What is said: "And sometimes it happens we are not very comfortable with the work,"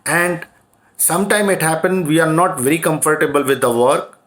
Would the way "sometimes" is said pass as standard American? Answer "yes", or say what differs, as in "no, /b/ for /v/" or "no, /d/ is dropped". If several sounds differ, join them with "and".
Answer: no, /z/ is dropped